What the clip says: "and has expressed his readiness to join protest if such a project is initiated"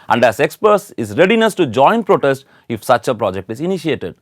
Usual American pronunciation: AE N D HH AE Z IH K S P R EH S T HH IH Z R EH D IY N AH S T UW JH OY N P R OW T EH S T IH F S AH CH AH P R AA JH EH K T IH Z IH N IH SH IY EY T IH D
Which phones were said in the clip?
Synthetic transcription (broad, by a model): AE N D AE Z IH K S P AH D T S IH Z R EH D IY N AH S T UW JH OY N P R OW T EH S T IH F S AH CH AH P R AA JH EH K T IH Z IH N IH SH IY EY T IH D